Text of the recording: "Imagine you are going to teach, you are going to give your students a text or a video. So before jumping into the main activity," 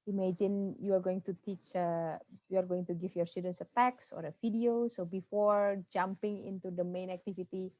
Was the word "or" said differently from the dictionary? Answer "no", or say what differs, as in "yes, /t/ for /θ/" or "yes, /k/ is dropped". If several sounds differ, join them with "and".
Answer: no